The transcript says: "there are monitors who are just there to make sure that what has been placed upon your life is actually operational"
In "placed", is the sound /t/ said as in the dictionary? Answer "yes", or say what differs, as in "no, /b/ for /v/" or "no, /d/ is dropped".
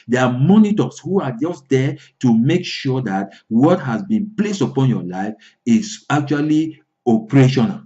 yes